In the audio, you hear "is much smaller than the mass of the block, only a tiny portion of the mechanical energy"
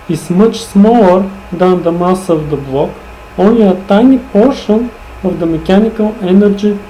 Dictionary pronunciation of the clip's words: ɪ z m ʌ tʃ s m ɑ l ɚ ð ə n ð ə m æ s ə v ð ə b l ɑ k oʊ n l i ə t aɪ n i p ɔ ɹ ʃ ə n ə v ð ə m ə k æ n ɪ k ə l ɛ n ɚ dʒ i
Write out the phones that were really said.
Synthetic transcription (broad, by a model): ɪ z m ʌ tʃ s m ɑ l ɚ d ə n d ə m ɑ s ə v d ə b l ɑ k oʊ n i ə t aɪ n i p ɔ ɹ ʃ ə n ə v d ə m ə k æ n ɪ k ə l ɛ n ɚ dʒ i